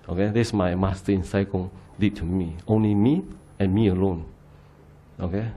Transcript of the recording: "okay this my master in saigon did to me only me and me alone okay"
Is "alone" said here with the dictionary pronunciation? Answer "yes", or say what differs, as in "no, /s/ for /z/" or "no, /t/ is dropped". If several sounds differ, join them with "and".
yes